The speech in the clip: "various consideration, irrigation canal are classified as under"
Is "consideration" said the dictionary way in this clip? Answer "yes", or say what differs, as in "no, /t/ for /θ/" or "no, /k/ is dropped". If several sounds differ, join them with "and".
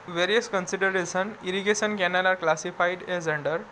no, /s/ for /ʃ/